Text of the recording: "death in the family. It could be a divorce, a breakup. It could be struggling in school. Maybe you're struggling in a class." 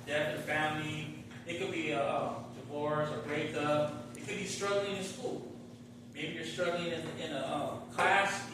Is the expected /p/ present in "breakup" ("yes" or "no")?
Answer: no